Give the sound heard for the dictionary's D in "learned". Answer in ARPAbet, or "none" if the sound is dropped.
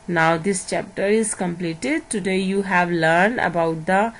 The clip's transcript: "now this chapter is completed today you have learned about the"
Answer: D